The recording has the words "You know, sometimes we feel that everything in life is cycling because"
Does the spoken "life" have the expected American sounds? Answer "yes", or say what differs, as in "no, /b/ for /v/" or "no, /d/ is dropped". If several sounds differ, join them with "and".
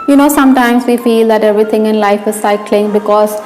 yes